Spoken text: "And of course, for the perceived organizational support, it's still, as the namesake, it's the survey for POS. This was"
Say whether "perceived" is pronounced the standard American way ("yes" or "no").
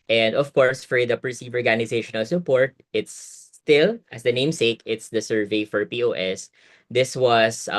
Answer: no